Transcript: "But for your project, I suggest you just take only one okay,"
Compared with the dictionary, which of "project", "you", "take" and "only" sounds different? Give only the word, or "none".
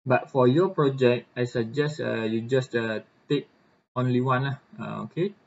none